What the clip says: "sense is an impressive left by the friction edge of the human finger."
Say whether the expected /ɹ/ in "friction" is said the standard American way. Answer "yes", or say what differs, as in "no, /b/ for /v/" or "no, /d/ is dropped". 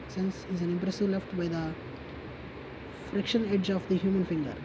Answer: yes